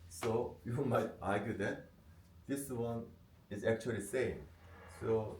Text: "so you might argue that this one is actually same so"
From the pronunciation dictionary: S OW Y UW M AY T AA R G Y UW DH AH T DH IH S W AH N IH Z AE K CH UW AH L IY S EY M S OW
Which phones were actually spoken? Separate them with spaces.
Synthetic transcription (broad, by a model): S OW Y UW M AY T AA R G Y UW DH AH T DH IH S W AH N IH Z AE K CH UW AH L IY S EY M S OW